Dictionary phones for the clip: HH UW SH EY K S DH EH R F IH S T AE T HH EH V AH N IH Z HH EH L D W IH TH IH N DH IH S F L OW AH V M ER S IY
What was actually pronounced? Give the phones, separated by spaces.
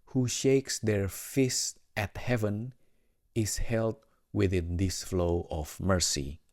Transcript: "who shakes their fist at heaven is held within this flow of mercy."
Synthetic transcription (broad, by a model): HH UW SH EY K S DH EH R F IH S T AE T HH EH V AH N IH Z HH EH L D W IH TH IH N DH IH S F L OW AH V M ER S IY